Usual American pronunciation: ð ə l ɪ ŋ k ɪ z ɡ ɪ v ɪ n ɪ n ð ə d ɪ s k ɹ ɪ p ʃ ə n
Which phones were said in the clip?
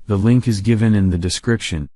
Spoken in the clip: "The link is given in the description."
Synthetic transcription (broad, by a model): ð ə l ɪ ŋ k ɪ z ɡ ɪ v ɪ n ɪ n ð ə d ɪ s k ɹ ɪ p ʃ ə n